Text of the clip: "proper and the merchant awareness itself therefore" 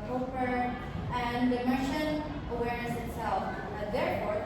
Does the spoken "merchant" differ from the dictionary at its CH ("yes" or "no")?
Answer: yes